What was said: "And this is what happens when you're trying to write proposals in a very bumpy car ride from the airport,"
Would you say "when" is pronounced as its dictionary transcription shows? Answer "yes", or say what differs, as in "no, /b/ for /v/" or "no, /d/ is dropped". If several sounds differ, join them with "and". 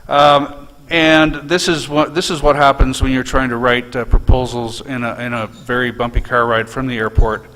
yes